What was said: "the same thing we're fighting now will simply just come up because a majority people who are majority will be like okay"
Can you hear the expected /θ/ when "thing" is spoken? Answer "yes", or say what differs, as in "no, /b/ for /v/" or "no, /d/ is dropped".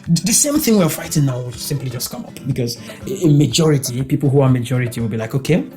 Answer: yes